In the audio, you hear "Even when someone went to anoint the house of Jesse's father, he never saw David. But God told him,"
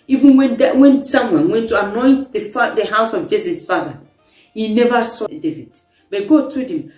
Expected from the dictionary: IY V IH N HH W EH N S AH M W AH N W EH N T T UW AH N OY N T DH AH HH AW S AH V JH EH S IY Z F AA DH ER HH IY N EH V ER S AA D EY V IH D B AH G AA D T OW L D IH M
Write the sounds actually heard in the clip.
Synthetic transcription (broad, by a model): IY V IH N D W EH N S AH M W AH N W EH N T T UW AH N OY N T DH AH HH AW S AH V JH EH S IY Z F AA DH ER HH IY N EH V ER S AA D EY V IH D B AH G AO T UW D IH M